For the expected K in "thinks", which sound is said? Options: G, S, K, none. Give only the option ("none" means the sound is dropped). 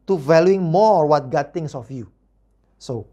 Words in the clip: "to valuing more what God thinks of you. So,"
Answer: none